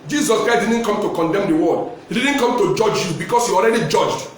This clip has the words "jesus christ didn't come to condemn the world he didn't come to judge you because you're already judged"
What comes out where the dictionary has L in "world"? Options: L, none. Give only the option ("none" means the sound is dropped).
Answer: none